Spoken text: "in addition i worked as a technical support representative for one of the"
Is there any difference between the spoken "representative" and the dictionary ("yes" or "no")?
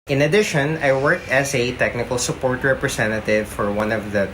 yes